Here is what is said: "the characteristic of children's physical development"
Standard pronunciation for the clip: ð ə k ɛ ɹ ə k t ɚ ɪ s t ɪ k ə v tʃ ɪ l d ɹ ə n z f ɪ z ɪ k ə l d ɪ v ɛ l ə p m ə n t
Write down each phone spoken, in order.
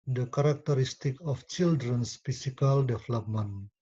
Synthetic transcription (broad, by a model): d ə k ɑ ɹ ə k t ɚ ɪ s t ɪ k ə f tʃ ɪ l d ɹ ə n s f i s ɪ k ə l d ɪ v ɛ l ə p m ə n